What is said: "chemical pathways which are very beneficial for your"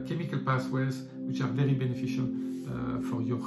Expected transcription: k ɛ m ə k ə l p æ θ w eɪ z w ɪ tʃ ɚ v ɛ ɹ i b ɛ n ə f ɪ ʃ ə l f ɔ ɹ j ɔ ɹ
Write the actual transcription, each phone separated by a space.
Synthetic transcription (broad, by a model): k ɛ m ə k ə l p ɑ s w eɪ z w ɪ tʃ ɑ v ɛ ɹ i b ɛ n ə f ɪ ʃ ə l f ɔ ɹ j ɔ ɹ